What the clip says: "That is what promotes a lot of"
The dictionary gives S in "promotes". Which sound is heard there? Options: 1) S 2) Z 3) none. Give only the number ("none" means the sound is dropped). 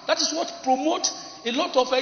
3